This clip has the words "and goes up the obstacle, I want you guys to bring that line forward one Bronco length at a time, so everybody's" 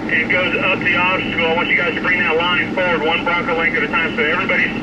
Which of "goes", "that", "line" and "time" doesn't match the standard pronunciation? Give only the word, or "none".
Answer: none